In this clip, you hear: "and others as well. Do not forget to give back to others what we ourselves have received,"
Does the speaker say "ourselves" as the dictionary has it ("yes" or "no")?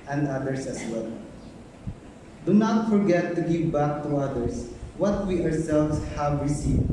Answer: no